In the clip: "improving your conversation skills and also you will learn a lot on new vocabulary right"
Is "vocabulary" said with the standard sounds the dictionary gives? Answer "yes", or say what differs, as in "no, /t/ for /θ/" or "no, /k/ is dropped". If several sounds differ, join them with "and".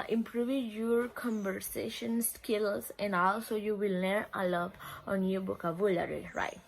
no, /b/ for /v/